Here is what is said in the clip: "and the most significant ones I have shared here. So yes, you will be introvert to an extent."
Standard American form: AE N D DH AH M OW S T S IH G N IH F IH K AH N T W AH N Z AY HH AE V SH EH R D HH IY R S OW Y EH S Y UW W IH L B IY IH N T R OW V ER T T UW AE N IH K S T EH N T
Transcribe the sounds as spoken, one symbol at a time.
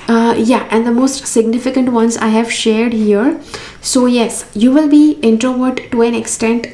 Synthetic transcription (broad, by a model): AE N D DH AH M OW S T S IH G N IH F IH K AH N T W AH N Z AY HH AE V SH EH R D HH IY R S OW Y EH S Y UW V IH L B IY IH N T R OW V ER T T UW AE N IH K S T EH N T